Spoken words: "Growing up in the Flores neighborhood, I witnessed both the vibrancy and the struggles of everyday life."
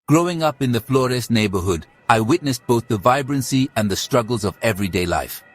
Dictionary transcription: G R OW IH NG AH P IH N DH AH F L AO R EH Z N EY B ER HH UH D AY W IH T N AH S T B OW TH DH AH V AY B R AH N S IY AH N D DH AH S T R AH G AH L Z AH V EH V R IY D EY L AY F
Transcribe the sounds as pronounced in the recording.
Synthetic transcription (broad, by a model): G R OW IH NG AH P IH N DH AH F L AO R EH S N EY B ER HH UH D AY W IH T N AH S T B OW TH DH AH V AY B R AH N S IY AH N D DH AH S T R AH G AH L Z AH V EH V R IY D EY L AY F